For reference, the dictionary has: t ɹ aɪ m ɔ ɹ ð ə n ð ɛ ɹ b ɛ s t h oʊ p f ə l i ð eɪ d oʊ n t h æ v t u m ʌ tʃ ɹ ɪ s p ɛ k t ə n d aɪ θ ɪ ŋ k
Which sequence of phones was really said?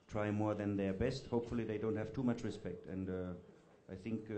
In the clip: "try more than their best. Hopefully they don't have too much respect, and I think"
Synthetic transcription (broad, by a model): t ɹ aɪ m ɔ ɹ ð ə n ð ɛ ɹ b ɛ s t h oʊ p f ə l i ð eɪ d oʊ n t h æ v t u m ʌ tʃ ɹ ɪ s p ɛ k t ə n d aɪ θ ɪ ŋ k